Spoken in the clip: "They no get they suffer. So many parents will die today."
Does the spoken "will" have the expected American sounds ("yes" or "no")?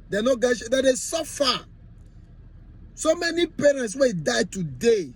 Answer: no